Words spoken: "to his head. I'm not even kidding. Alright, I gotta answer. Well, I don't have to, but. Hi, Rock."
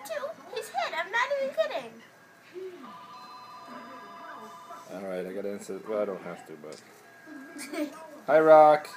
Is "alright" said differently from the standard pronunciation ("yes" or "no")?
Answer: no